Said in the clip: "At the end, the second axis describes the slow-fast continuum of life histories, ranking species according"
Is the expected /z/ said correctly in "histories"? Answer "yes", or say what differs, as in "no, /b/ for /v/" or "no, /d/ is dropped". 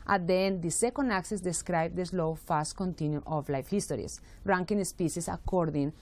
no, /s/ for /z/